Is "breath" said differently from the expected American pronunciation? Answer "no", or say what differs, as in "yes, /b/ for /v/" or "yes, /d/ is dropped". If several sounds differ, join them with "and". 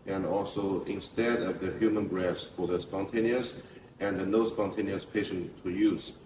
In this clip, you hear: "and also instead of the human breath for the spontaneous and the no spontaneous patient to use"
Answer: yes, /s/ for /θ/